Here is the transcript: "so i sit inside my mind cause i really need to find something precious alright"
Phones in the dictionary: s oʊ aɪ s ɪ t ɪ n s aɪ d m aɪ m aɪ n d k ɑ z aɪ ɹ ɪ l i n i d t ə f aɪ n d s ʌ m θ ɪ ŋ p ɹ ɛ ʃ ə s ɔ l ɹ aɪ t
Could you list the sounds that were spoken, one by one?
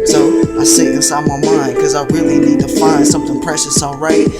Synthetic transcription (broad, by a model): s oʊ aɪ s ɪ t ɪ s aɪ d m aɪ m aɪ n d k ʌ z aɪ ɹ ɪ l i n i d t ə f aɪ n d s ʌ m θ ɪ ŋ p ɹ ɛ ʃ ə s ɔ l ɹ aɪ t